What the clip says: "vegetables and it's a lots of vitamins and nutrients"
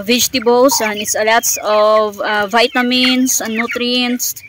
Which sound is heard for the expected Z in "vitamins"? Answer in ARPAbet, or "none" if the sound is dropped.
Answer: S